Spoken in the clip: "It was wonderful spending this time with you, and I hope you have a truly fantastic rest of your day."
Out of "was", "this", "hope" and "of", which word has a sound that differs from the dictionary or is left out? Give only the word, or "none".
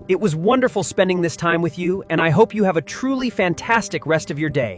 none